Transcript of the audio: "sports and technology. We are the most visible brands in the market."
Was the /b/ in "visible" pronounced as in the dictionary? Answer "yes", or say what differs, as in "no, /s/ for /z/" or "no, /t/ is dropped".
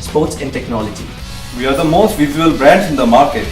no, /b/ is dropped